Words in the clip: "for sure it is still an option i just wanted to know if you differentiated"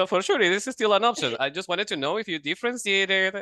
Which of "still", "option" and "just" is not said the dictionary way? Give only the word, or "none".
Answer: option